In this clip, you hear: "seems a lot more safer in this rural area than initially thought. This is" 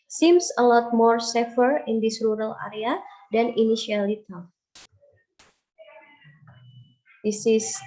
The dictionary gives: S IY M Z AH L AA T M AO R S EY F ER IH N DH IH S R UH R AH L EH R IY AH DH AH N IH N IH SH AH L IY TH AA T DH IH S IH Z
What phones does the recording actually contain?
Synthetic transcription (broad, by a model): S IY M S AH L AA T M AO R S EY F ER IH N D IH S R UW R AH L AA R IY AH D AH N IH N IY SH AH L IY T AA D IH S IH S